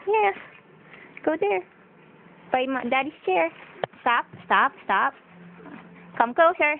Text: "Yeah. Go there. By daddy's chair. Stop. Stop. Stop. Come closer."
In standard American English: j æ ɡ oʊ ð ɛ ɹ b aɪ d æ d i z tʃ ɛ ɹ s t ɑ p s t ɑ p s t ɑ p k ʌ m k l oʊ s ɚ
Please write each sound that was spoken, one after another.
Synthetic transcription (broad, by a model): j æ ɡ oʊ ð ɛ ɹ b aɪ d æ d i s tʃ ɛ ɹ s t ɑ p s t ɑ p s t ɑ p k ʌ m k l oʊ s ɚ